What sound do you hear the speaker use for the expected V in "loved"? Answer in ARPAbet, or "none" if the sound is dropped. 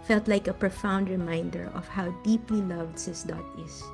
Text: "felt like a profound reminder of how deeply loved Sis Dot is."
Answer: V